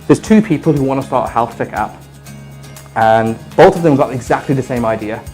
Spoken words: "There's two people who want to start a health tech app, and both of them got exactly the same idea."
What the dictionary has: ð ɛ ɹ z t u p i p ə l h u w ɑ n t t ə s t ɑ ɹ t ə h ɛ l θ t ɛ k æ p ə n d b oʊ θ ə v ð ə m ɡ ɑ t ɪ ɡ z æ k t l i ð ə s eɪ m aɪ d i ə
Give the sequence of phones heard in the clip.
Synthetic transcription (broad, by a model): ð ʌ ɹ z t u p i p ə l h u w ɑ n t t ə s t ɑ ɹ t ə h ɛ l θ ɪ k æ p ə n b oʊ θ ə v ð ə m ɡ ɑ t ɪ ɡ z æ k t l i ð ə s eɪ m aɪ d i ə